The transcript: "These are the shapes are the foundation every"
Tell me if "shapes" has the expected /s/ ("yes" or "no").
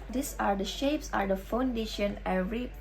yes